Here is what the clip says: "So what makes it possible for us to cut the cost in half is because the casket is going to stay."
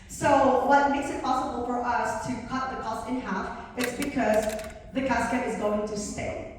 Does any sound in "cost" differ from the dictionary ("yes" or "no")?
yes